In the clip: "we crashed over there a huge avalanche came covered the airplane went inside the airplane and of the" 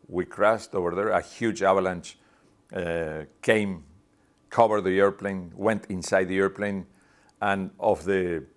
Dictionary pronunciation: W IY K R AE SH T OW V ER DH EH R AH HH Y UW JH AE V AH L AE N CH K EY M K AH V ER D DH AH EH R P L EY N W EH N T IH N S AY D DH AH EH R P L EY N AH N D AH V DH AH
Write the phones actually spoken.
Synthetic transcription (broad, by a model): W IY K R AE S T OW V ER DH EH R AH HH Y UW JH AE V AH L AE N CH K EY M K AH V ER D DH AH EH R P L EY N W EH N T IH N S AY D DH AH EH R P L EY N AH N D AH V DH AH